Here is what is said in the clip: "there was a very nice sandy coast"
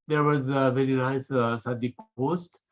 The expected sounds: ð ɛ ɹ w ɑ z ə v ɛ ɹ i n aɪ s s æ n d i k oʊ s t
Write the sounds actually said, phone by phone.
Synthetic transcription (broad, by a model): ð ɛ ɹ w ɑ z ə v ɛ ɹ i n aɪ s s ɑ d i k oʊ s t